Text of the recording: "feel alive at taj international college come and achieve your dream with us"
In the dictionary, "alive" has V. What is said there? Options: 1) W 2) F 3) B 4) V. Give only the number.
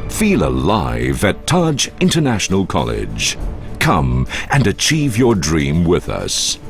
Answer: 4